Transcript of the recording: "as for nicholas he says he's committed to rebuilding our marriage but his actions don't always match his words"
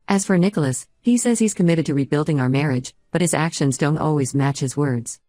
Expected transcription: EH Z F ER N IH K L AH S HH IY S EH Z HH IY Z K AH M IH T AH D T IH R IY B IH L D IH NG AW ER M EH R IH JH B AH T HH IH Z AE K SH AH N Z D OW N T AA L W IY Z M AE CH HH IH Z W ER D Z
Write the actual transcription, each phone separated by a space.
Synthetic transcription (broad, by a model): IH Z F ER N IH K L AH S HH IY S EH Z HH IY Z K AH M IH T AH D T IH R IY B IH L D IH NG AW ER M EH R IH JH B AH T HH IH Z AE K SH AH N Z D OW N T AA L W IY Z M AE CH HH IH Z W ER D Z